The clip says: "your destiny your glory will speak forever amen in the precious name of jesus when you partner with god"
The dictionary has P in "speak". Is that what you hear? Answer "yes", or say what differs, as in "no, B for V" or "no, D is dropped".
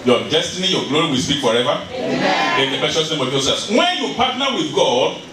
no, B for P